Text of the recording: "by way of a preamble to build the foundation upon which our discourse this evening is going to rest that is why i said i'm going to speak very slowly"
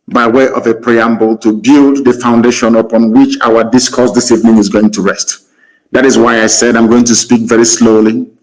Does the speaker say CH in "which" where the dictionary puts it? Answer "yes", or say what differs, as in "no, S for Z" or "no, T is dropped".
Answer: yes